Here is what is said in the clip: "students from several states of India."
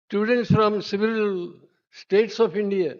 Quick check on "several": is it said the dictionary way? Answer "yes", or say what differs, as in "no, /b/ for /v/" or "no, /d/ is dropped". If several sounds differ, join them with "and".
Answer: no, /ɹ/ is dropped